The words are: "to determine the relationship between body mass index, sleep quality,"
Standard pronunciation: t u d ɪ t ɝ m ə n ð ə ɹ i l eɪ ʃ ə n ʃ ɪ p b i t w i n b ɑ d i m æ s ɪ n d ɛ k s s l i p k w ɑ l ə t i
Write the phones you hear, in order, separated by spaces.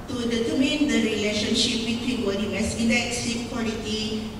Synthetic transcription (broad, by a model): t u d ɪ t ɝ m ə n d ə ɹ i l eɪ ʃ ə n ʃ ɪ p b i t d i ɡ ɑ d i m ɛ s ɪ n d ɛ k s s i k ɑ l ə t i